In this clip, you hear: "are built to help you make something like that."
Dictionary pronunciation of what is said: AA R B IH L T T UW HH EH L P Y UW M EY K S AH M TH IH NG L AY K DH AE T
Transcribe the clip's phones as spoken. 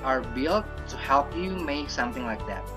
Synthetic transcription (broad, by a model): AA R B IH L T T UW HH EH L P Y UW M EY K S AH M TH IH NG L AY K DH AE T